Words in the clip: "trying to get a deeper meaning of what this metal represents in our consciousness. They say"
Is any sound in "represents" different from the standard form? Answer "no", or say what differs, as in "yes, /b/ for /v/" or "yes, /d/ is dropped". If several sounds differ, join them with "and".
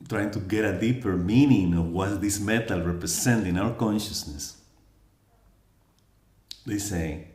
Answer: yes, /s/ is dropped